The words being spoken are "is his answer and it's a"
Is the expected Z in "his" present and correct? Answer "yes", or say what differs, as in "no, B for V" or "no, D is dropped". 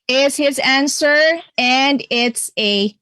yes